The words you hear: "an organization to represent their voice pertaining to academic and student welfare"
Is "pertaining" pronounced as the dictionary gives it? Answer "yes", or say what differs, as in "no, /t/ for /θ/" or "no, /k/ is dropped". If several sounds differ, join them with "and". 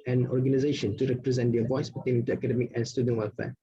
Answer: no, /b/ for /p/